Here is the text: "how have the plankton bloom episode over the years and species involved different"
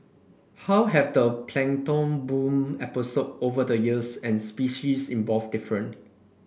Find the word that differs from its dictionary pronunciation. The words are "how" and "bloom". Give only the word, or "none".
bloom